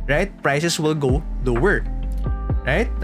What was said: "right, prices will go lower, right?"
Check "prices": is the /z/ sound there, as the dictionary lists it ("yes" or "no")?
no